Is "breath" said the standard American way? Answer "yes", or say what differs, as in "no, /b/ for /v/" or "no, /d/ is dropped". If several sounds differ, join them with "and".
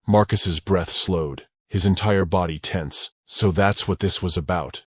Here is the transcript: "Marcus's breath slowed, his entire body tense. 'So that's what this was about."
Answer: yes